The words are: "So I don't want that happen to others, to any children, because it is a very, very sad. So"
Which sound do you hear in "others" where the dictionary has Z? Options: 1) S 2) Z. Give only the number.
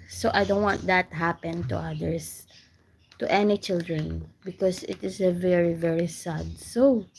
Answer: 1